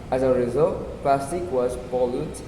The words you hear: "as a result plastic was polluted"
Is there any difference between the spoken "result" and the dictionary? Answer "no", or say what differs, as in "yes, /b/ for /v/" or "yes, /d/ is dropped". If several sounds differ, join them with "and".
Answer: no